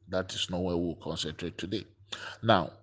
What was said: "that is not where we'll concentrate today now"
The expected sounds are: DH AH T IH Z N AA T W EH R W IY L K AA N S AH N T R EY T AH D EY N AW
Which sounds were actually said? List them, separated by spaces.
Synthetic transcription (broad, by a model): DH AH T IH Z N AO W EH W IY W K AA N S AH N T R EY T AH D EY N AW